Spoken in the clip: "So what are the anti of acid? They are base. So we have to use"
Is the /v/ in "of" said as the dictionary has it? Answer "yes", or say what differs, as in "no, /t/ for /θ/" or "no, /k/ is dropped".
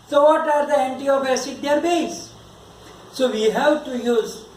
no, /b/ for /v/